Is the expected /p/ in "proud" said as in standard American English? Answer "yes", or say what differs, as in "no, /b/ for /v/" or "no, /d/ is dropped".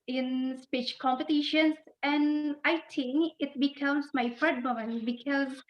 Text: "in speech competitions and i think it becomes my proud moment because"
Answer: no, /f/ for /p/